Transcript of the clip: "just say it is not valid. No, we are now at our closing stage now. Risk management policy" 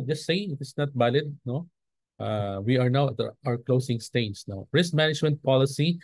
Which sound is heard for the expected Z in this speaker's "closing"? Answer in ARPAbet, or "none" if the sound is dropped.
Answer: S